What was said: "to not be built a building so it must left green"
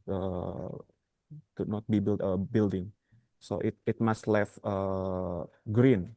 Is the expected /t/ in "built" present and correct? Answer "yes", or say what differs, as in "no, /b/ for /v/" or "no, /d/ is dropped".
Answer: no, /t/ is dropped